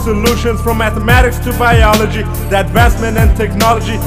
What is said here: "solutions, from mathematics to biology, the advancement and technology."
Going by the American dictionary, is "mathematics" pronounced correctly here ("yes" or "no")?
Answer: yes